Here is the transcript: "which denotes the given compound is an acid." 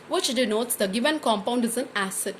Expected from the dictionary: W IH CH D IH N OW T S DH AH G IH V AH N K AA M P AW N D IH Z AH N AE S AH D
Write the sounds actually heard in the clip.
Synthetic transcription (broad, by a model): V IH CH D IH N OW T S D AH G IH V AH N K AA M P AW N D IH Z AH N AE S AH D